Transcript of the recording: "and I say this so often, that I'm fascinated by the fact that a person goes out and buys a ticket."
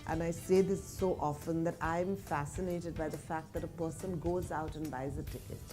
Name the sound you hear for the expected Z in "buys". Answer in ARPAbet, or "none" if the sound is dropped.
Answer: Z